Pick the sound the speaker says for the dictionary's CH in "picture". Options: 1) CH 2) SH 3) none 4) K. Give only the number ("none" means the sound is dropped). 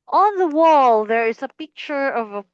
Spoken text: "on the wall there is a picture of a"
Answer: 1